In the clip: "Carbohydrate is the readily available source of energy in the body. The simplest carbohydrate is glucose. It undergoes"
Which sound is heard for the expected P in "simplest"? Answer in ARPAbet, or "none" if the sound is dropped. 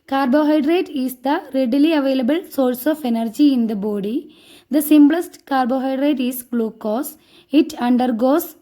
B